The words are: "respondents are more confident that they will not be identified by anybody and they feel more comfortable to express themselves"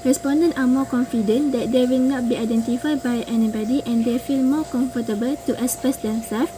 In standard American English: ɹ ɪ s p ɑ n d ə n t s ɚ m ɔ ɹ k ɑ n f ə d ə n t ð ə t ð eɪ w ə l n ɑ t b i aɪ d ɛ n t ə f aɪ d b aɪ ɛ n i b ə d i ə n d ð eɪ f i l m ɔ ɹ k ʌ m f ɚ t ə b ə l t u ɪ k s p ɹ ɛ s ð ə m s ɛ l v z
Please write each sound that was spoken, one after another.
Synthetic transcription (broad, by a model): ɹ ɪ s p ɑ n d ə n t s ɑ m ɔ k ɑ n f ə d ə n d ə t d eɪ w ə l n ɑ t b i aɪ d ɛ n t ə f aɪ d b aɪ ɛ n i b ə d i ə n d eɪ f i l m ɔ k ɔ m f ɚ t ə b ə l t u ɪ s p ɛ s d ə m s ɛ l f